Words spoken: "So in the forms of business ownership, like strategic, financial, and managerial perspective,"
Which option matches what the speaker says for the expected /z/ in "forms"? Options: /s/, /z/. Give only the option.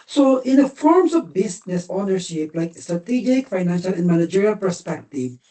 /z/